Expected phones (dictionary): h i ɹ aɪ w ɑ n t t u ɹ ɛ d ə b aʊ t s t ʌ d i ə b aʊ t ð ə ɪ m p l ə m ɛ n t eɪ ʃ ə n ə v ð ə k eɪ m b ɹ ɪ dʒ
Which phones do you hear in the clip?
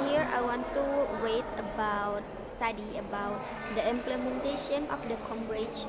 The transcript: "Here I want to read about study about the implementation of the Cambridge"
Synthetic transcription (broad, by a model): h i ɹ aɪ w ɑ n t t u w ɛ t ə b aʊ t s t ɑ d i ə b aʊ t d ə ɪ m p l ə m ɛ n t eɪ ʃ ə n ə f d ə k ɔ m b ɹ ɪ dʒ